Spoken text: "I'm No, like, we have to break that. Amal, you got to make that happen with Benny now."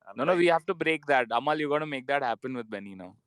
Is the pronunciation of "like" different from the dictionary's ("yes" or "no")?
yes